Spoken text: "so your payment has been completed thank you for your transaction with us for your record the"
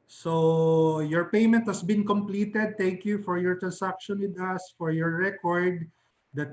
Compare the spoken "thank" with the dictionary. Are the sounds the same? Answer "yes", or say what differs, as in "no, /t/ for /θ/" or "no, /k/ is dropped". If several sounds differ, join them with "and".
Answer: no, /t/ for /θ/